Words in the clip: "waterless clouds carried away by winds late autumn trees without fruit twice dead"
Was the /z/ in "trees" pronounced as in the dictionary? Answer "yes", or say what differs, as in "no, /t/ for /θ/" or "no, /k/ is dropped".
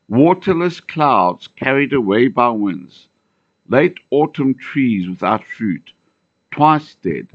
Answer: yes